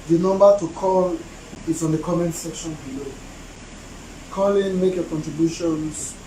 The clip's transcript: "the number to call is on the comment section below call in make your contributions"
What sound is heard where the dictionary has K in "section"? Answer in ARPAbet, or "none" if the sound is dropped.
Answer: K